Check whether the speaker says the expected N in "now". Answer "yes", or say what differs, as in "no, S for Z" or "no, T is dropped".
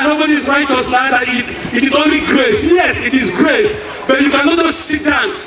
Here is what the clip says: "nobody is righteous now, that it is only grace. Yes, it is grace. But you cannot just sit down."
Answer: no, L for N